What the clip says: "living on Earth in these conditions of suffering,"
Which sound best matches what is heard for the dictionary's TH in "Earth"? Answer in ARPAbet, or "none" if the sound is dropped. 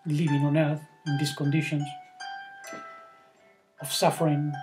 TH